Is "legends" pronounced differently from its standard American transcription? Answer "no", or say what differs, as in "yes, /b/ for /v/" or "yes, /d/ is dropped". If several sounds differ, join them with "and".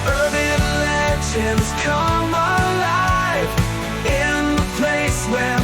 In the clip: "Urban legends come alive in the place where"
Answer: yes, /ʃ/ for /dʒ/